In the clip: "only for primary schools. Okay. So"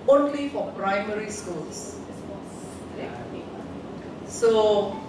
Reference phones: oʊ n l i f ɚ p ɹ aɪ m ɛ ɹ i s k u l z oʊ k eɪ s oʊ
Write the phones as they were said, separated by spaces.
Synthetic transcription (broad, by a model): oʊ n l i f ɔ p ɹ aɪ m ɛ ɹ i s k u l s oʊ eɪ s oʊ